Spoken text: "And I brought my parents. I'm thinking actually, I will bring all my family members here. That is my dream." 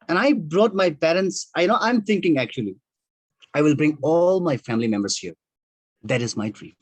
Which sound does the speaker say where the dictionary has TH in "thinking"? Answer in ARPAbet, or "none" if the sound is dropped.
T